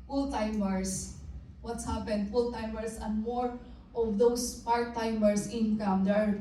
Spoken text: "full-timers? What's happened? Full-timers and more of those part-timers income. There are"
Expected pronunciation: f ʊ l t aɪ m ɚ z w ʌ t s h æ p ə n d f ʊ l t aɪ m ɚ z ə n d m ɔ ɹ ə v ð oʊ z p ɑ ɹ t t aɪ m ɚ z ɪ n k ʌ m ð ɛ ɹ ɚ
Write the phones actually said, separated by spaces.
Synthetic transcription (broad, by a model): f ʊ l t aɪ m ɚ s w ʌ t s h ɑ p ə n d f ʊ l t aɪ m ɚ s ə n d m ɔ ɹ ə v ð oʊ s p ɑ ɹ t t aɪ m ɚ s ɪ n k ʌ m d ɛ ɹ